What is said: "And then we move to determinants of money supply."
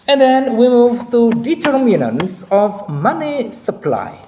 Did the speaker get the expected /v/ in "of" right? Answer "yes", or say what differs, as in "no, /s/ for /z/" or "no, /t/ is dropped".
yes